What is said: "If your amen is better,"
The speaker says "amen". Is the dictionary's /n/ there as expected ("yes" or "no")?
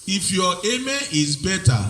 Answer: no